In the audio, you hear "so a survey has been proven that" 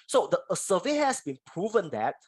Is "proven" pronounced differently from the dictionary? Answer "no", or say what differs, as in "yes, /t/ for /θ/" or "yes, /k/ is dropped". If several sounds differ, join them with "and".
no